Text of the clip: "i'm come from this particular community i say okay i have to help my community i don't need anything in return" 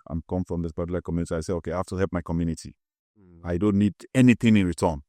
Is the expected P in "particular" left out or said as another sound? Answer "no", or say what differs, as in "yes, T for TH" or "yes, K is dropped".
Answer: yes, B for P